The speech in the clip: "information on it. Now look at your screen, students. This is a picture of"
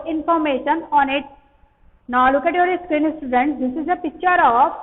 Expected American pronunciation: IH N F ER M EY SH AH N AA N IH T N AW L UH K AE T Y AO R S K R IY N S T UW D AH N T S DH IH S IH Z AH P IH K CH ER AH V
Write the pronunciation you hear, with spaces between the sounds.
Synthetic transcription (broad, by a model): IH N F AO M EY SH AH N AA N IH T N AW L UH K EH T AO R S K R IY N S T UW D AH N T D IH S IH Z AH P IH K CH ER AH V